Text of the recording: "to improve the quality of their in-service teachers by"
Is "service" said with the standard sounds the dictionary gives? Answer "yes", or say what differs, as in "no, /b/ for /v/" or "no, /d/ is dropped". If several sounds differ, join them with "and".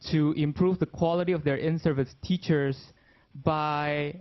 yes